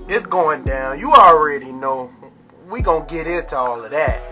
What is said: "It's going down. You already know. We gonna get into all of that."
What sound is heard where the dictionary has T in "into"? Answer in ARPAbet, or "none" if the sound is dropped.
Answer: T